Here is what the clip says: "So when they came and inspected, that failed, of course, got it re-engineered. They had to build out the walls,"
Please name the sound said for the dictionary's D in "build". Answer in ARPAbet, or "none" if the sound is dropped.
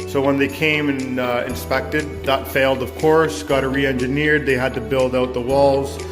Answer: D